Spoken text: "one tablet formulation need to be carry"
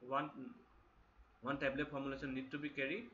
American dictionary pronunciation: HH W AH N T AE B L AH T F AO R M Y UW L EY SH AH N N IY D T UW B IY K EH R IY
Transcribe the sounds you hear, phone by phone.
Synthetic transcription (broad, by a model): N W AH N T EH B L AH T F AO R M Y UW L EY S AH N N IY D T UW B IY K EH R IY